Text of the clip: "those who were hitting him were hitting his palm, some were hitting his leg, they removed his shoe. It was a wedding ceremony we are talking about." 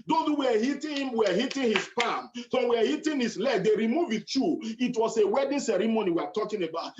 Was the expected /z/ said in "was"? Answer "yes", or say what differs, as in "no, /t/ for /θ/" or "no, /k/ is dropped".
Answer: no, /s/ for /z/